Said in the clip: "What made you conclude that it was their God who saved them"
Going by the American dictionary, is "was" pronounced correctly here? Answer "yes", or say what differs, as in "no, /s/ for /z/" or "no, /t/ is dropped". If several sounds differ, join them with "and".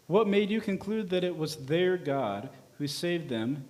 yes